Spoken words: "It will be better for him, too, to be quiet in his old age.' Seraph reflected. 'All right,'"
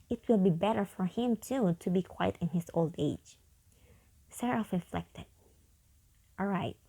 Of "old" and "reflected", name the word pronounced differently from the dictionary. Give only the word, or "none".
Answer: none